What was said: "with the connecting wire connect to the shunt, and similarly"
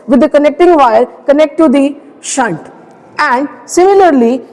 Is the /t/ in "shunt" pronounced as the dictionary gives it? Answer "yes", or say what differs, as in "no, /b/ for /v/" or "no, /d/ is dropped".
yes